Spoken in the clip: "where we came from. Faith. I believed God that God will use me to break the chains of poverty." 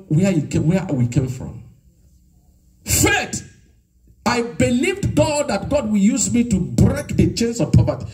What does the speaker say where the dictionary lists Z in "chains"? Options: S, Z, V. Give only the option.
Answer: S